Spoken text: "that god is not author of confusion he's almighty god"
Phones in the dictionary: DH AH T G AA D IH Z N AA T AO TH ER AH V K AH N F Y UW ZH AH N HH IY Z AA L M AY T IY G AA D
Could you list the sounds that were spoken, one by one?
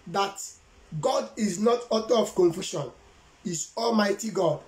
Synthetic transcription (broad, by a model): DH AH T G AA D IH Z N AA T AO T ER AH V K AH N F Y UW SH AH N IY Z AA L M AY T IY G AA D